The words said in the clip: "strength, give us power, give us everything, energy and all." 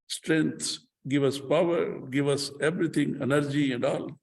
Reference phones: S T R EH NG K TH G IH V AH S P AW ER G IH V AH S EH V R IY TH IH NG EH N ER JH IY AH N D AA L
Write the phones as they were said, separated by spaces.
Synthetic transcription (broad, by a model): S T R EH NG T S G IH V AH S P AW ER G IH V AH S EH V R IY T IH NG EH N ER JH IY AH N D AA L